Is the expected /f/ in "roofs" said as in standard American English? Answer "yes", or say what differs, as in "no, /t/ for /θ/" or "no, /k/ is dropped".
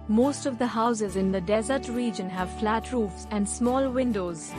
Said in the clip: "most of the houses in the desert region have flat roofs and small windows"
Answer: yes